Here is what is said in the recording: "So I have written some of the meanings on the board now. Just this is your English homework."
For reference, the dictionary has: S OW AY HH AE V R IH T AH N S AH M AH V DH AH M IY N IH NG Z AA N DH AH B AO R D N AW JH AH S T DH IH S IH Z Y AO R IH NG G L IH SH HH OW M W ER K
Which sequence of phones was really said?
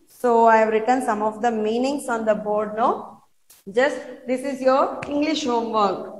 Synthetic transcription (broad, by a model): S OW AY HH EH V R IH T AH N S AH M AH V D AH M IY N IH NG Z AA N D AH B AO R D N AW JH AH S T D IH S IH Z Y AO R IH NG G L IH SH HH OW M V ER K